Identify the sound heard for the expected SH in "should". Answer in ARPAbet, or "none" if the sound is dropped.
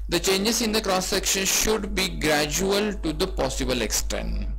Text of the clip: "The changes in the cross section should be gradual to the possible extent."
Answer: SH